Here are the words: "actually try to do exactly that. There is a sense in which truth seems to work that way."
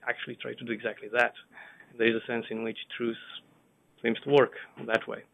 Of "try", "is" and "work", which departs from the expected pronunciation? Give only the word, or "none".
none